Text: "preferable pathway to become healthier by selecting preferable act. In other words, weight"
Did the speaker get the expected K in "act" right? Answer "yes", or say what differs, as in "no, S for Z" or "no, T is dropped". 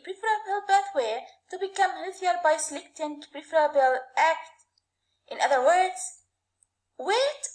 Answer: yes